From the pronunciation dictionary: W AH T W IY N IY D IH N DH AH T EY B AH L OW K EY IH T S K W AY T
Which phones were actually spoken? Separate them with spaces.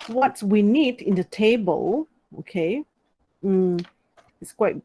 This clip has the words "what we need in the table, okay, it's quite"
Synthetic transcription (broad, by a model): W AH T W IY N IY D IH N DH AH T EY B AH L OW K EY IH T S K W AY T